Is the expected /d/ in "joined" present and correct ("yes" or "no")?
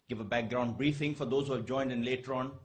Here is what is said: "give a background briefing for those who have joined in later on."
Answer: yes